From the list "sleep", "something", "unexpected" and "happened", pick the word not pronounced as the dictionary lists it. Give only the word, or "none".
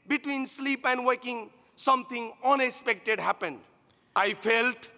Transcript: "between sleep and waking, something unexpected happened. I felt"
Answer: something